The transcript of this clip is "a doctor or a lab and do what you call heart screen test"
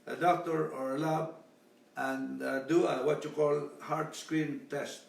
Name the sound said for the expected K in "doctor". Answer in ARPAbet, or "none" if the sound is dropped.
K